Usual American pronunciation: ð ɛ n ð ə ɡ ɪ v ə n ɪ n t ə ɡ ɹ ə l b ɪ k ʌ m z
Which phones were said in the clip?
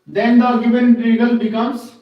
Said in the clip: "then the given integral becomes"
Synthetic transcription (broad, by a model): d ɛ n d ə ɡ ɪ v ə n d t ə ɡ ə l b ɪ k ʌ m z